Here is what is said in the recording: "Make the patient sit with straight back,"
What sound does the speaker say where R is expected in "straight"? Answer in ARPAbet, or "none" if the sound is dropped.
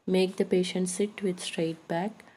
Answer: R